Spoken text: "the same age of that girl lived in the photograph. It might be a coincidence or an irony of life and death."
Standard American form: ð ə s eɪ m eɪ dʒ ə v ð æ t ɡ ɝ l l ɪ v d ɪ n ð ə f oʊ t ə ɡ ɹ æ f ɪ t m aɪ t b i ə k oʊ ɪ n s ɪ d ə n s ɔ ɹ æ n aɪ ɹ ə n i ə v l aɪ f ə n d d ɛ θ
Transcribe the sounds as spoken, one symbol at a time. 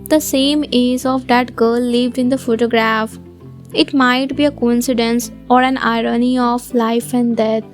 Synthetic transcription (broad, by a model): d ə s eɪ m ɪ z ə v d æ t ɡ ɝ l l ɪ v d ɪ n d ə f oʊ t ə ɡ ɹ æ f ɪ t m aɪ t b i ə k oʊ ɪ n s ɪ d ə n s ɔ ɹ æ n aɪ ɹ ə n i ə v l aɪ f ə n d d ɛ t